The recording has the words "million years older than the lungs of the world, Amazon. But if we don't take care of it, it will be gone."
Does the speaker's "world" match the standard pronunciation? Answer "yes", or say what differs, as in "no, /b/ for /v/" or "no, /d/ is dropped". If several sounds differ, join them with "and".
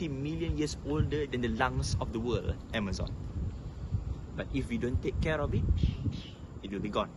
no, /d/ is dropped